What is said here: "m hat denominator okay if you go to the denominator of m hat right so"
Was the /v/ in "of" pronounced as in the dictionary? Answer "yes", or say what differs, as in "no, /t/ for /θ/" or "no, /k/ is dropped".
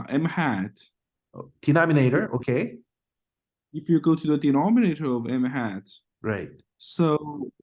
yes